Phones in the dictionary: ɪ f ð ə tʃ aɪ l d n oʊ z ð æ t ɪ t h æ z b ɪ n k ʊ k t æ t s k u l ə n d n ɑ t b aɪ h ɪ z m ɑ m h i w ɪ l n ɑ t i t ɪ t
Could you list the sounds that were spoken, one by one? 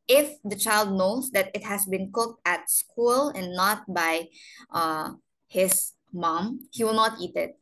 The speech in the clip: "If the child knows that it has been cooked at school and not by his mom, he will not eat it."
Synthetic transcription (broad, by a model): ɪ f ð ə tʃ aɪ l d n oʊ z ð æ t ɪ t h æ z b ɪ n k ʊ k t æ t s k u l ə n n ɑ t b aɪ h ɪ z m ɑ m h i w ɪ l n ɑ t i t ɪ t